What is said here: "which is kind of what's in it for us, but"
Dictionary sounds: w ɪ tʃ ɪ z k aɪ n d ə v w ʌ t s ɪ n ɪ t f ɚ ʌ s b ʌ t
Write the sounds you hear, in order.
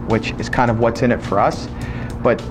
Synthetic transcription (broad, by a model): w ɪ tʃ ɪ z k aɪ n d ə v w ʌ t s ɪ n ɪ t f ɚ ʌ s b ʌ t